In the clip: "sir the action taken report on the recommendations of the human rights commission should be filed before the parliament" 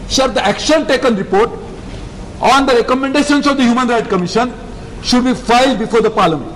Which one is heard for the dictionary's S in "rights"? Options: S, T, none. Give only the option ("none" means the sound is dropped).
none